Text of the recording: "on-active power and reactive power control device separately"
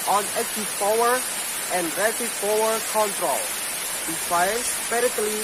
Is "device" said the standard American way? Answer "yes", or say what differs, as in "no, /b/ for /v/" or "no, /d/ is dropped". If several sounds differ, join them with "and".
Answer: no, /f/ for /v/